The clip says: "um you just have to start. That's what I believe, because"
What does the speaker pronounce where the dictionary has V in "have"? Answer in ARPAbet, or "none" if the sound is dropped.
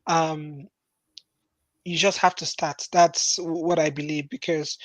F